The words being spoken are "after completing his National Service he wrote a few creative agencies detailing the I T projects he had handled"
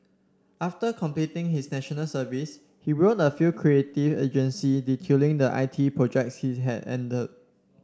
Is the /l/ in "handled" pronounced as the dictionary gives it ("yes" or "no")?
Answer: no